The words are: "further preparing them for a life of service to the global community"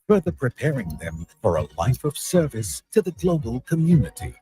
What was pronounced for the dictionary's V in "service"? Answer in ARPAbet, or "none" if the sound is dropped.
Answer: V